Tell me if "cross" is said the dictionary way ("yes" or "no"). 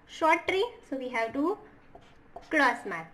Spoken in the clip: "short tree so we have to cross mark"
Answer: no